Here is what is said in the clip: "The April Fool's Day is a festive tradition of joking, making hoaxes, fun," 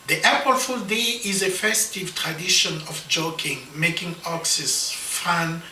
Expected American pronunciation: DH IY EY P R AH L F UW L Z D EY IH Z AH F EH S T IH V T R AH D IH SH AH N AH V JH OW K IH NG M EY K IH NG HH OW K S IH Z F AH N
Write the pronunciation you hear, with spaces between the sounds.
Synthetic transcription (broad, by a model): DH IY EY P AH L F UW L D EY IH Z AH F EH S T IH V T R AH D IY SH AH N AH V JH OW K IH NG M EY K IH NG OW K S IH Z F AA N